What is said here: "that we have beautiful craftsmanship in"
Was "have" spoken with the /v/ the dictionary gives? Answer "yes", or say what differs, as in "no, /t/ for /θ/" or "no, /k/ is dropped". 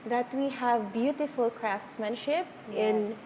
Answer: yes